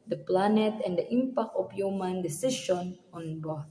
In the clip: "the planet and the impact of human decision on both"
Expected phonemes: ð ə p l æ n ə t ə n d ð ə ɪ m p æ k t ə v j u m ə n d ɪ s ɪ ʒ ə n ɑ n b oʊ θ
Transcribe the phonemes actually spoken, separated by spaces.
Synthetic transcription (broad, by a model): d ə p l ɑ n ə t ə n d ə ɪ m p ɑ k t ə p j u m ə n d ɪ s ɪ ʃ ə n ɑ n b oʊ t